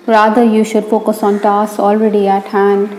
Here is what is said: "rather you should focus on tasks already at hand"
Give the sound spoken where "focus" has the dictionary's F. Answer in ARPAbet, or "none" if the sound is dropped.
P